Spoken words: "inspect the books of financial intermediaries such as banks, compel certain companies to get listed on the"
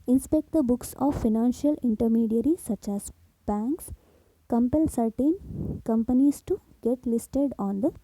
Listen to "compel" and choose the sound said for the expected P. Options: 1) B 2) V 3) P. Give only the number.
3